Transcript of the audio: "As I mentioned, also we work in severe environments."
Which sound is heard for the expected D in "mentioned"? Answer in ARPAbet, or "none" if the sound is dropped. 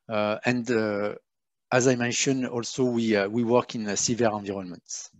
none